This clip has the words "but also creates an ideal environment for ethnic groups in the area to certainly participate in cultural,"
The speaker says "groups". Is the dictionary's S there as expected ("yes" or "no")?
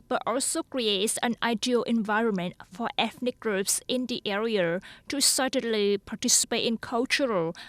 yes